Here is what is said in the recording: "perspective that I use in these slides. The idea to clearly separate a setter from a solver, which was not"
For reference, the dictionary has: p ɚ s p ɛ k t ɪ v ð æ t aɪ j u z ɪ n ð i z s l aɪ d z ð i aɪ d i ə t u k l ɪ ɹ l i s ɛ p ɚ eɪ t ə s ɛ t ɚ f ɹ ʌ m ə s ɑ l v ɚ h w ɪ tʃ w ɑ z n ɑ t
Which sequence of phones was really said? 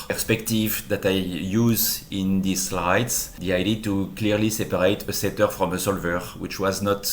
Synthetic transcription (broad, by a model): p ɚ s p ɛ k t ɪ v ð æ t aɪ j u z ɪ n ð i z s l aɪ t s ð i aɪ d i t u k l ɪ ɹ l i s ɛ p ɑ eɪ t ə s ɛ t ɚ f ɹ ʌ m ə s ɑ l v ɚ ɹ w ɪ tʃ w ɑ z n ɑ t